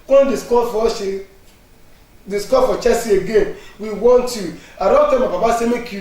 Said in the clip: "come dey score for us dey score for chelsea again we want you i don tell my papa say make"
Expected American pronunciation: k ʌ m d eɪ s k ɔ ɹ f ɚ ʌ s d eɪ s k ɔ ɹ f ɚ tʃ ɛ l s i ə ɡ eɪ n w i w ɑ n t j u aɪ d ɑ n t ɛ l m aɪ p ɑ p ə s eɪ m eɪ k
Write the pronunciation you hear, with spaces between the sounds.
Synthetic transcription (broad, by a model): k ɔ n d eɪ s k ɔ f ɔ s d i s k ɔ f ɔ tʃ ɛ s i ə ɡ eɪ n w i w ɑ n t j u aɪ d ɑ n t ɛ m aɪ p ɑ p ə s eɪ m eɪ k